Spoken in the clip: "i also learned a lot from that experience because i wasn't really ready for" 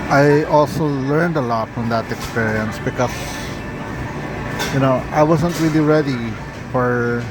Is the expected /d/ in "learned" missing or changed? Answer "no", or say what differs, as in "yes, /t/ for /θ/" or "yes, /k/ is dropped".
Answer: no